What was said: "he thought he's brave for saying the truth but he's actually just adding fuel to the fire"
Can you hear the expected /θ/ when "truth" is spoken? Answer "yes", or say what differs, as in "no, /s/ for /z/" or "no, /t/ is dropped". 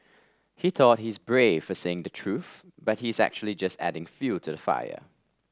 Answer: yes